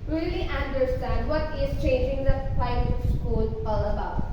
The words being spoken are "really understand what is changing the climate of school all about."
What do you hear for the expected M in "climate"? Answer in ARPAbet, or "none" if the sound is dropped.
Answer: none